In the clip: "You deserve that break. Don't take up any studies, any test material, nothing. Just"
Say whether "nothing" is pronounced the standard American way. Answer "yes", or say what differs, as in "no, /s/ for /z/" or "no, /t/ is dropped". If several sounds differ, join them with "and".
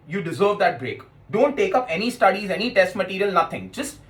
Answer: no, /t/ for /θ/